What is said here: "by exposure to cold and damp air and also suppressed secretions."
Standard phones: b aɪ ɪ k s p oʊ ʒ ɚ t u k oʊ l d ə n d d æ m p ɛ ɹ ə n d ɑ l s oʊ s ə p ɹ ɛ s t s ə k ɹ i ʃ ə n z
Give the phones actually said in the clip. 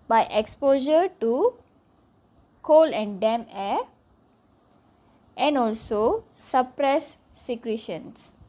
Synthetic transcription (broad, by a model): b aɪ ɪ k s p oʊ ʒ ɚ t u k oʊ l ə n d d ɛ m ɛ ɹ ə n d ɑ l s oʊ s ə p ɹ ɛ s s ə k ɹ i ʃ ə n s